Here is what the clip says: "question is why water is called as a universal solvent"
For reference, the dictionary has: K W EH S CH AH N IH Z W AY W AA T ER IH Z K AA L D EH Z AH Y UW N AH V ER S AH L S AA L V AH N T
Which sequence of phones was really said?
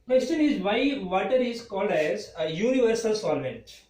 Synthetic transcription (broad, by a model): K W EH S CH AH N IH Z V AY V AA T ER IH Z K AA L D EH Z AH Y UW N AH V ER S AH L S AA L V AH N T